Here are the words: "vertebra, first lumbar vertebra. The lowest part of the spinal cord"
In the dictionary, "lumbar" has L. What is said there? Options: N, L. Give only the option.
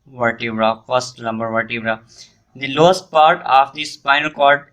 N